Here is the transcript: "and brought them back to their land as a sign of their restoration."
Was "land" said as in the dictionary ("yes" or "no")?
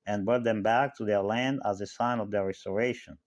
yes